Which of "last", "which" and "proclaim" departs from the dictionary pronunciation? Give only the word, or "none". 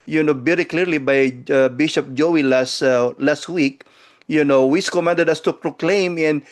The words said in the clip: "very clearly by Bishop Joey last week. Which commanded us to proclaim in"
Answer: which